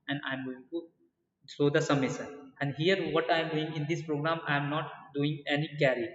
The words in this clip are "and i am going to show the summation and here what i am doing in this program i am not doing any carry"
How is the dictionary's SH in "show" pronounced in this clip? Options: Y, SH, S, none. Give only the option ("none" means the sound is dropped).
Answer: S